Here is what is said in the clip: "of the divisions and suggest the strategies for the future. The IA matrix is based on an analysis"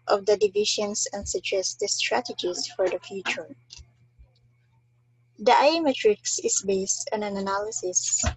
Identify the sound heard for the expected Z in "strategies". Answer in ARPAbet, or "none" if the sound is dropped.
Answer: S